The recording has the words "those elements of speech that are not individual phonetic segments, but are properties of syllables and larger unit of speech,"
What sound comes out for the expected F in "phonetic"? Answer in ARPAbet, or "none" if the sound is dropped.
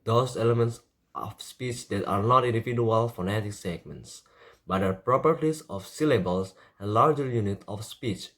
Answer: F